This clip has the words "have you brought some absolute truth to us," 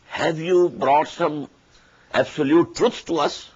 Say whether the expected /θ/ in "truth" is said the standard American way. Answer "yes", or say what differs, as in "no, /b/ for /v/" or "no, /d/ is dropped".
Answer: no, /s/ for /θ/